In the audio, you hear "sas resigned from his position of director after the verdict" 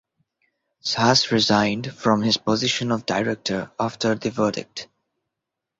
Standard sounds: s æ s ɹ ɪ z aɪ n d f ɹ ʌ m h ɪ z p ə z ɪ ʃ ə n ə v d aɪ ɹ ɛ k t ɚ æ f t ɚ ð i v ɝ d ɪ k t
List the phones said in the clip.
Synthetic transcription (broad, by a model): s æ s ɹ ɪ z aɪ n d f ɹ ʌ m h ɪ z p ə z ɪ ʃ ə n ə v d aɪ ɹ ɛ k t ɚ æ f t ɚ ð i v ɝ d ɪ k t